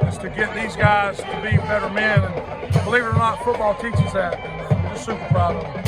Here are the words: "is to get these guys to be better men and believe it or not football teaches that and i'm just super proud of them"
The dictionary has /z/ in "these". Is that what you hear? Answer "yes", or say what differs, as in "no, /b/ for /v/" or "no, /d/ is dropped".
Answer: yes